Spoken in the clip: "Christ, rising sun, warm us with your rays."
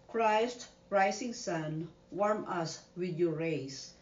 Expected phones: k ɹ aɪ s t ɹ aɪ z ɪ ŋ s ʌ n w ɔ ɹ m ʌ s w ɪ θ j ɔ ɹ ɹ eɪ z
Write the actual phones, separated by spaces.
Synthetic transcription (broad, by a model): k ɹ aɪ s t ɹ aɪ s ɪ ŋ s ʌ n w ɔ ɹ m ʌ s w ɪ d j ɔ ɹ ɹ eɪ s